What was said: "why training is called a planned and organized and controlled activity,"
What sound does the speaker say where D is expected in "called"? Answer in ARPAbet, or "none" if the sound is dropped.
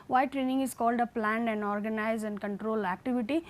D